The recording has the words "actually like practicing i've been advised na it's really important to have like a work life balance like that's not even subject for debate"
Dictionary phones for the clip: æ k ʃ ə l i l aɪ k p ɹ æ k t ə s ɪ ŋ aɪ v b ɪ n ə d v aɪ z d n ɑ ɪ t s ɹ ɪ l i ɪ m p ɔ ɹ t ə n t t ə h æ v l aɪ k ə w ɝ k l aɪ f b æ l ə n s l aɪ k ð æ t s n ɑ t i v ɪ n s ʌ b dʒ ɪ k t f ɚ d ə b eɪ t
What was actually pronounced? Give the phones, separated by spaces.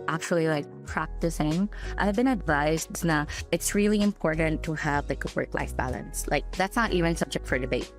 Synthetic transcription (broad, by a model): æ k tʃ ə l i l aɪ k p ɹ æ k t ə s ɪ ŋ aɪ v b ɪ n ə d v aɪ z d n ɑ ɪ t s ɹ ɪ l i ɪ m p ɔ ɹ t n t t ə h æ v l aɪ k ə w ɝ k l aɪ f b æ l ə n s l aɪ k ð æ t s n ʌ t i v ɪ n s ʌ b dʒ ɪ k t f ɚ d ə b eɪ t